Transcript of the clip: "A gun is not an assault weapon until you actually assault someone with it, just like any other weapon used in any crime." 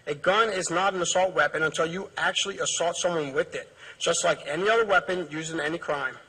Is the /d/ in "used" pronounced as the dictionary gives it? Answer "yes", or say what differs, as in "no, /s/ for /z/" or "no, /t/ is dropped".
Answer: no, /d/ is dropped